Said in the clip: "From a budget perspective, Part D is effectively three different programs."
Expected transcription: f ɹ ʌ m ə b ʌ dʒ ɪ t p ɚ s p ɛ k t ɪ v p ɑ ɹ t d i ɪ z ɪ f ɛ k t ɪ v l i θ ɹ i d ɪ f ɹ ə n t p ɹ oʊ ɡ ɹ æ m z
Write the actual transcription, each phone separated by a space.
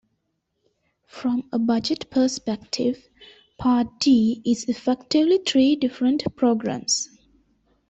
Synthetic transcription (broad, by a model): f ɹ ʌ m ə b ʌ dʒ ɪ t p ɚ s p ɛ k t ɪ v p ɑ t d i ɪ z ɪ f ɛ k t ɪ v l i t ɹ i d ɪ f ɹ ə n t p ɹ oʊ ɡ ɹ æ m s